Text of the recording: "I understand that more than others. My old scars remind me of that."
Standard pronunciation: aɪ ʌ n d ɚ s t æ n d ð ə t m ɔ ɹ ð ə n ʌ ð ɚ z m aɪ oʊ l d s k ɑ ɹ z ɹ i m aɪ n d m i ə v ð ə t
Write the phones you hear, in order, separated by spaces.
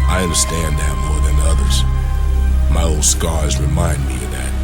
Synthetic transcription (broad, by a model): aɪ ʌ n d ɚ s t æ n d ð ə t m ɔ ɹ ð ə n ʌ ð ɚ z m aɪ oʊ l d s k ɑ ɹ z ɹ i m aɪ n d m i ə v ð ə t